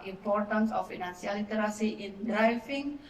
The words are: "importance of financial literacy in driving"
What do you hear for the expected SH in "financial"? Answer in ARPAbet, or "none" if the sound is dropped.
S